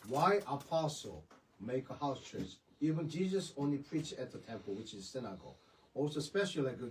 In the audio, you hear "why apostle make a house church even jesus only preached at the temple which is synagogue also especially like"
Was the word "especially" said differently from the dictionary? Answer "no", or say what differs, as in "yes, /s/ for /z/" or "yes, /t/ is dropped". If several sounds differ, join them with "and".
yes, /l/ is dropped